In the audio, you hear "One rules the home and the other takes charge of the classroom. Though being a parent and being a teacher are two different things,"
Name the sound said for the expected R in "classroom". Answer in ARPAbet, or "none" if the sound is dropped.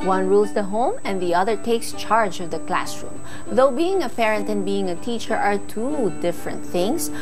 R